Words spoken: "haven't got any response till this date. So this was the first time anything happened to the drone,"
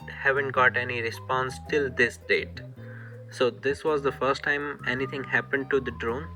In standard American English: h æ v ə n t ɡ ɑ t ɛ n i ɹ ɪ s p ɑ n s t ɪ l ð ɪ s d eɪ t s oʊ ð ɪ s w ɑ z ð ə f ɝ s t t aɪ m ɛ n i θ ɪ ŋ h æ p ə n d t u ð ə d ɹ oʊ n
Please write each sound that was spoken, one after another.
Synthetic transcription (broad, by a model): h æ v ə n t ɡ ɑ t ɛ n i ɹ ɪ s p ɑ n s t ɪ l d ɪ s d eɪ t s oʊ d ɪ s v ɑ z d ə f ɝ s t t aɪ m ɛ n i t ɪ ŋ h æ p ə n d t u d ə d ɹ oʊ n